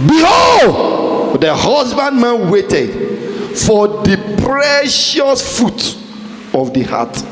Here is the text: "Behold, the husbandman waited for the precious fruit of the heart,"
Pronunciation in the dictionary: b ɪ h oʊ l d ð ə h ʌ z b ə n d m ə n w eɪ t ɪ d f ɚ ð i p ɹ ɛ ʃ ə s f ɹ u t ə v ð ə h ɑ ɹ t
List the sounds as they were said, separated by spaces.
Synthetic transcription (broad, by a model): b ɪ h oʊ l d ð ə h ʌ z b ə n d m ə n w eɪ t ɪ d f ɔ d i p ɹ ɛ ʃ ə s f u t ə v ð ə h ɑ t